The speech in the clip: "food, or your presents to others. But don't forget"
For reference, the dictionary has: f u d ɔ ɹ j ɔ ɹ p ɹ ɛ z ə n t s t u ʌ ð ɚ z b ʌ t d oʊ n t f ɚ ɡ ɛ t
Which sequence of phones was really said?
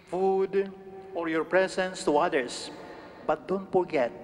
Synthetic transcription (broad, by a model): f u d ɔ ɹ j ɔ ɹ p ɹ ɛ s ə n s t u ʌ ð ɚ s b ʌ t d oʊ n t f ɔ ɡ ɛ t